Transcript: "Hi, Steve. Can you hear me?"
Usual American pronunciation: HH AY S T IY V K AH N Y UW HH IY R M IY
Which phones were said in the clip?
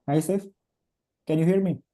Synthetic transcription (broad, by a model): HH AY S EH F K AH N Y UW HH IY R M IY